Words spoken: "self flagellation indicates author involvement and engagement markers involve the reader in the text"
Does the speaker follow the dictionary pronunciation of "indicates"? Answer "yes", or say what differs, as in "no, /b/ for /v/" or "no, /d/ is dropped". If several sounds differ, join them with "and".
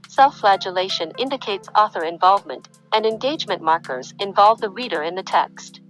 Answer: yes